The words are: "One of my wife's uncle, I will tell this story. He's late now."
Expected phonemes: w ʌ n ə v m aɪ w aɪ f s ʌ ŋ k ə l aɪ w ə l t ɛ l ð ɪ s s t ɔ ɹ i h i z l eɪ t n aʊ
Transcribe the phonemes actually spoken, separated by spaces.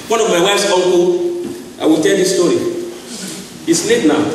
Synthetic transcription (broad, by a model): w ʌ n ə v m aɪ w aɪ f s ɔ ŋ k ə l aɪ w ə l t ɛ l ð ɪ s s t ɔ ɹ i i s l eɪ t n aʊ